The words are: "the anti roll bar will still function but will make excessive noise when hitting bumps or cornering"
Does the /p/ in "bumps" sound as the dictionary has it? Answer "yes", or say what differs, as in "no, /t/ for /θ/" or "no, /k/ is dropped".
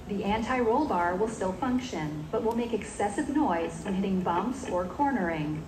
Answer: yes